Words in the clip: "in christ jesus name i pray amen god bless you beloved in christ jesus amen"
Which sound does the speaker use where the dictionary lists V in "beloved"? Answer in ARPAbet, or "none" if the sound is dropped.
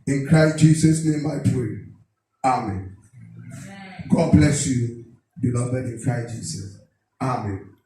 B